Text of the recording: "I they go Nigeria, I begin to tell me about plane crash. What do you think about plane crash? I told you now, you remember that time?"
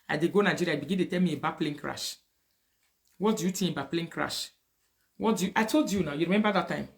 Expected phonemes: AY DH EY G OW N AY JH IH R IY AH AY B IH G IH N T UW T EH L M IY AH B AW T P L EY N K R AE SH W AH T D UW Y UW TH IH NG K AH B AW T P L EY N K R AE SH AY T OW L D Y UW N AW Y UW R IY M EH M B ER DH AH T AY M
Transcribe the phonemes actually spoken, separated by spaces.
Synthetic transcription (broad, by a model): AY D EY G OW N AY JH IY R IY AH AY B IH G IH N T UW T EH L M IY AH B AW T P L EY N K R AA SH W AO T D UW Y UW T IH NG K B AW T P L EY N K R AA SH AY T OW L D Y UW N AW Y UW R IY M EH M B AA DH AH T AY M